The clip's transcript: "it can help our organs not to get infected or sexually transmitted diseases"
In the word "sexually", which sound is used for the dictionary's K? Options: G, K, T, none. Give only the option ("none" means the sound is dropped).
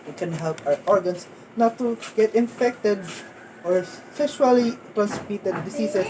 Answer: none